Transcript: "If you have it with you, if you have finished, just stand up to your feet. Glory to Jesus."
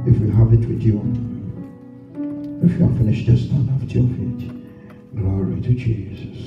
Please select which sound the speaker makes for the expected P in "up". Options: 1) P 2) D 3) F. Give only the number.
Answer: 3